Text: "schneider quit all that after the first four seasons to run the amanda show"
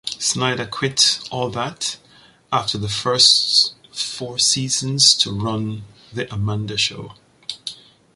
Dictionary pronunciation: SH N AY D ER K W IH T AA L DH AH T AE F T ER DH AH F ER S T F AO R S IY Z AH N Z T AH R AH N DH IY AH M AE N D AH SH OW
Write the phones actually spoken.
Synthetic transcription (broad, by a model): S N AY D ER K W IH T AA L DH AH T AE F T ER DH AH F ER S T F AO R S IY Z AH N Z T AH R AH N DH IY AH M AE N D AH SH OW